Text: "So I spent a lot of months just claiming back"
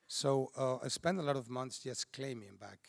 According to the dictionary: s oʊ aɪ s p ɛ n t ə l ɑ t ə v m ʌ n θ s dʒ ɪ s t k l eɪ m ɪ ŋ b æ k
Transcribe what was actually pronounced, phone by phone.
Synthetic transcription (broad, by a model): s oʊ aɪ s p ɛ n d ə l ɑ t ə v m ʌ n θ s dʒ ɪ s k l eɪ m ɪ ŋ b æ k